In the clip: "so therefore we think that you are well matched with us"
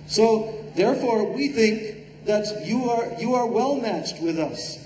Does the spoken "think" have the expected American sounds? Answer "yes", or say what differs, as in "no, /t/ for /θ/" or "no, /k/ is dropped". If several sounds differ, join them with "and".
yes